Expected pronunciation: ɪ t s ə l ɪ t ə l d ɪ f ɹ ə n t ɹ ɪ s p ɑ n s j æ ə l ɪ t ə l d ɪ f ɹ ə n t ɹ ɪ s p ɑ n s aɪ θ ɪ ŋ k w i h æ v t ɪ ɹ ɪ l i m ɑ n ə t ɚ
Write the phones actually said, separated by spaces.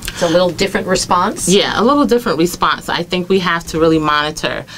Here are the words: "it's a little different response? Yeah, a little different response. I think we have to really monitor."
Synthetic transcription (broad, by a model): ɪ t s ə l ɪ t l d ɪ f ɹ ə n t ɹ ɪ s p ɑ n s j æ ə l ɪ t l d ɪ f ɹ ə n t ɹ ɪ s p ɑ n s aɪ θ ɪ ŋ k w i h æ f t ɪ ɹ ɪ l i m ɑ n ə t ɚ